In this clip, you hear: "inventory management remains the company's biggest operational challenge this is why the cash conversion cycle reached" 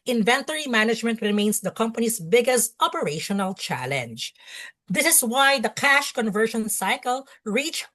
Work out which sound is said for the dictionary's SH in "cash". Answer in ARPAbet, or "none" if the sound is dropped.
SH